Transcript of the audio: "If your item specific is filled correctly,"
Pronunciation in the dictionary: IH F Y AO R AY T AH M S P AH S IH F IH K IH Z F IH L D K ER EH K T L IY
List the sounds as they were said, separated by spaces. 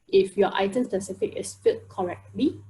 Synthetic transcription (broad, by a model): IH F Y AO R AY T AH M S P AH S IH F IH K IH S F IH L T K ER EH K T L IY